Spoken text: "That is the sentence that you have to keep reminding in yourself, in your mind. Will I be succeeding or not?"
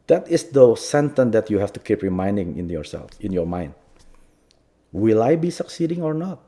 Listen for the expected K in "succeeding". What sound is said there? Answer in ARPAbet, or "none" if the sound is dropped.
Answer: K